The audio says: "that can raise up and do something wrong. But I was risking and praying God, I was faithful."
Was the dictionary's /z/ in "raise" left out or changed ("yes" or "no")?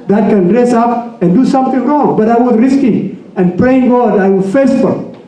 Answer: yes